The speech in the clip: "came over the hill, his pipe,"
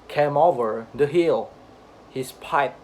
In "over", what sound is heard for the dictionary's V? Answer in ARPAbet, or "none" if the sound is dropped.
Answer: V